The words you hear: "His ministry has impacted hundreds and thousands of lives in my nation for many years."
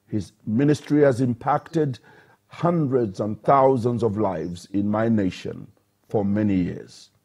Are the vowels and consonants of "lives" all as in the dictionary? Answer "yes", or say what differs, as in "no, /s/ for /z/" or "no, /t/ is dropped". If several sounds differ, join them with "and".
yes